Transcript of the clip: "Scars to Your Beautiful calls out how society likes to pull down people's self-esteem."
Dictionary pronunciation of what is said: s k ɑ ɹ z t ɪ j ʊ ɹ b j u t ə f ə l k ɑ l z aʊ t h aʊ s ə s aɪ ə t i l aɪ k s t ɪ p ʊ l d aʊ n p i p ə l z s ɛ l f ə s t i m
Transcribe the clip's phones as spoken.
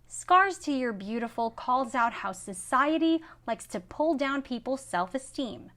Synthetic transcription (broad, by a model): s k ɑ ɹ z t ɪ j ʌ ɹ b j u t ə f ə l k ɑ l z aʊ t h aʊ s ə s aɪ ə t i l aɪ k s t ɪ p ʊ l d aʊ n p i p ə l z s ɛ l f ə s t i m